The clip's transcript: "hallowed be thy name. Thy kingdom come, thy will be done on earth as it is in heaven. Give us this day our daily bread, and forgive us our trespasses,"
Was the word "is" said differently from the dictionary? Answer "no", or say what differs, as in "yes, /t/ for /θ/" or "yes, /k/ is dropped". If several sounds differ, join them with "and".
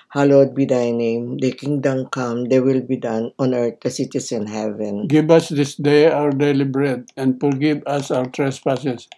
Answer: yes, /s/ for /z/